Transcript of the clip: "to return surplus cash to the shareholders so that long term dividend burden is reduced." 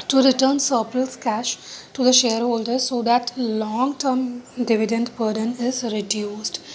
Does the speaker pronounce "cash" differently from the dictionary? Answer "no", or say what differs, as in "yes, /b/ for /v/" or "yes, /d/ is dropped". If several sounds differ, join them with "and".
no